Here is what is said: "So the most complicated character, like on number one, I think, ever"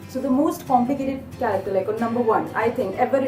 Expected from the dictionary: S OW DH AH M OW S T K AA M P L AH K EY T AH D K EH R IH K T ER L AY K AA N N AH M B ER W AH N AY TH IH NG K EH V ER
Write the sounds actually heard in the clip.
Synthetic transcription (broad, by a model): S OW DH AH M OW S T K AA M P L AH K EY T AH D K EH L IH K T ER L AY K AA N N AH M B ER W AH N AY T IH NG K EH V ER